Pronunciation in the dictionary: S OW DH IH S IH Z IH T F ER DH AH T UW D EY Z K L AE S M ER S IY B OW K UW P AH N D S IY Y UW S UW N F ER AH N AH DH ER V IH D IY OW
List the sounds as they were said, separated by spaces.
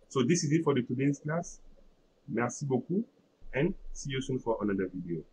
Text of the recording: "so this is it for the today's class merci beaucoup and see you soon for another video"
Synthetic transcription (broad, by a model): S OW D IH S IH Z IH T F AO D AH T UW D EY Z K L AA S M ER S IY B OW K UW AH N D S IY Y UW S UW N F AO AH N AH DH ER V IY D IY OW